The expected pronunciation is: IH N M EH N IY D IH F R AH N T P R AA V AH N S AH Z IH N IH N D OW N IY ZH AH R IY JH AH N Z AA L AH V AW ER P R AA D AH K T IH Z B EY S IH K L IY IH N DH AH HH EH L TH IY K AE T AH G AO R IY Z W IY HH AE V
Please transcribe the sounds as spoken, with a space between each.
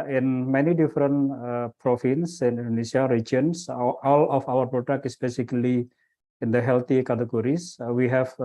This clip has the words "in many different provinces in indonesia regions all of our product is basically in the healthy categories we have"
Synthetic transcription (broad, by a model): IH N M EH N IY D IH F R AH N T P R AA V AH N S IH N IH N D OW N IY S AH R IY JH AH N S AA L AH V AW ER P R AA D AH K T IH S B EY S IH K L IY IH N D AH HH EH L T IY K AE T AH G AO R IY S W IY HH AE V